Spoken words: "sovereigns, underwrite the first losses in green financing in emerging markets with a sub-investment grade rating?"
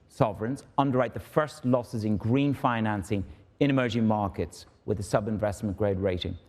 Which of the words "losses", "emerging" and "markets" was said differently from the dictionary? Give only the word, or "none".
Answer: none